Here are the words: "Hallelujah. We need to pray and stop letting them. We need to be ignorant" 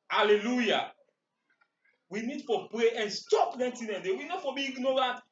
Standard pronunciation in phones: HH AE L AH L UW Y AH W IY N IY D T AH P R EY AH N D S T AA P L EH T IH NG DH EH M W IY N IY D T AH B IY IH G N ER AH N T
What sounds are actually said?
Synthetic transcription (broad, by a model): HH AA L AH L UW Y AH W IY N IY D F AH P R EY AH N S T AA P N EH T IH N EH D W IY N IY D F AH B IY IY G N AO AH N T